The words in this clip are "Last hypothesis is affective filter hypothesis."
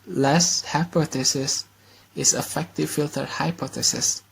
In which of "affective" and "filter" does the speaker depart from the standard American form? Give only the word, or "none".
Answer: none